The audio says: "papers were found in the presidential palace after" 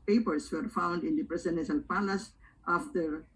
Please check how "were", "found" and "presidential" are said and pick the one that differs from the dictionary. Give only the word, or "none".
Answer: presidential